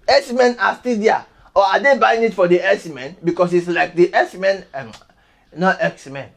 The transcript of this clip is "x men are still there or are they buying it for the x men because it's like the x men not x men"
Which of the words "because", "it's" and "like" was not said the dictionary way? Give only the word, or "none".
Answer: because